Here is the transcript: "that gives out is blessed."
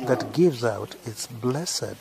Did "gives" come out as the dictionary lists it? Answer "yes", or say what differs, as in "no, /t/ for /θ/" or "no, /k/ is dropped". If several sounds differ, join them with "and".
yes